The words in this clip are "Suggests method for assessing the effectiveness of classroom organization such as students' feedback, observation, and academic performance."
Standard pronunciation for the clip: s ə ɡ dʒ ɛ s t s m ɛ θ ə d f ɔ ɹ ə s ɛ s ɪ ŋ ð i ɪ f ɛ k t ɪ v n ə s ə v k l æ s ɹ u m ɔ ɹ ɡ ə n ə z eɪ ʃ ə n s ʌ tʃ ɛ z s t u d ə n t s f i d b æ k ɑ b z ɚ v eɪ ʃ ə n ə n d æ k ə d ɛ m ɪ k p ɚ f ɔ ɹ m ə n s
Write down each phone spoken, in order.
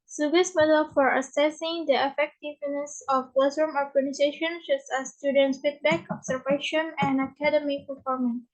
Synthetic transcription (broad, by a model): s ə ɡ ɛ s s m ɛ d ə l f ɔ ɹ ə s ɛ s ɪ ŋ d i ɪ f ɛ k t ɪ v n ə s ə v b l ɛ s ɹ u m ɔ ɹ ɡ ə n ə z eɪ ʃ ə n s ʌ s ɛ s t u d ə n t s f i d b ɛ k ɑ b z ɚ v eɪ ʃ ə n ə n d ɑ k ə d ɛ m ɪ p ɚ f ɔ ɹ m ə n